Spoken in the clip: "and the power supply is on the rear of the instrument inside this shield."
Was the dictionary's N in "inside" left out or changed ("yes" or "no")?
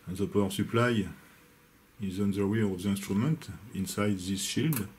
no